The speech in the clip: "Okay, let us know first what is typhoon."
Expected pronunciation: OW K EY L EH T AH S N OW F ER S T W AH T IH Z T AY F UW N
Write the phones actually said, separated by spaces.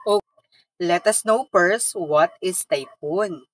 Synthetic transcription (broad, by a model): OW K L EH T AH S N OW P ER S W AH T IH S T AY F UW N